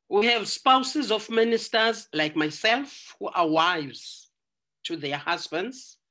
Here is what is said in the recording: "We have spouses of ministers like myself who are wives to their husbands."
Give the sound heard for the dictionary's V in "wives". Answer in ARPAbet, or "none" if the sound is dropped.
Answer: V